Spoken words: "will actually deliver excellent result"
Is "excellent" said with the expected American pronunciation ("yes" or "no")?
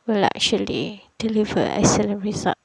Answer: no